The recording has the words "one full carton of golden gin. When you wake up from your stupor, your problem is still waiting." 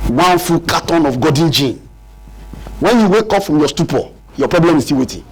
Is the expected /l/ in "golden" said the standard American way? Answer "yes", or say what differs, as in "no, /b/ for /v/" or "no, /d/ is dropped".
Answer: no, /l/ is dropped